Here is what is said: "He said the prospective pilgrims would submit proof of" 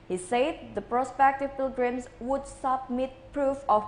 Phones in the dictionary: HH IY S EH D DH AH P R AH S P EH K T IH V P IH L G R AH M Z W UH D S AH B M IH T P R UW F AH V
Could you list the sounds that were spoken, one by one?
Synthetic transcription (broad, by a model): HH IY S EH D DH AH P R AH S P EH K T IH V P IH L G R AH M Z W UH D S AH B M IH T P R UW F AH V